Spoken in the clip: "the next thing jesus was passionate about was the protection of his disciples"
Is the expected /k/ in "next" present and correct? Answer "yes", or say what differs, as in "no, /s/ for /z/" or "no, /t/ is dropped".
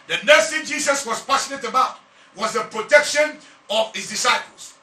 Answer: no, /k/ is dropped